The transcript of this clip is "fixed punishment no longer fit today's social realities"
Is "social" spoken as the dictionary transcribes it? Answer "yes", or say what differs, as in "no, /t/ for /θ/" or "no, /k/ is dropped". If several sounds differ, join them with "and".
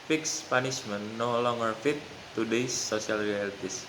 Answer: no, /s/ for /ʃ/